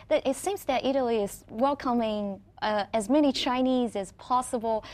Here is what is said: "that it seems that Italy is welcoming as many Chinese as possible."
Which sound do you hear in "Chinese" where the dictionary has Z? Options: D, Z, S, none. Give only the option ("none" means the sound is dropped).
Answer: Z